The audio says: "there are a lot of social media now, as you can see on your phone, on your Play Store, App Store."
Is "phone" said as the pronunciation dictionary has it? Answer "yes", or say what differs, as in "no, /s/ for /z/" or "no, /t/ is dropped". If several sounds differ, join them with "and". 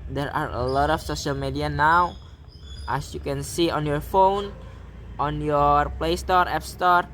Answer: yes